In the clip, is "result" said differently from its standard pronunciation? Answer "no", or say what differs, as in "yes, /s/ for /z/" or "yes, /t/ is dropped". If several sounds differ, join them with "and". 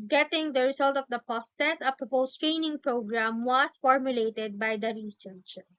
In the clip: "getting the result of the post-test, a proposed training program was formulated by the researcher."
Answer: yes, /s/ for /z/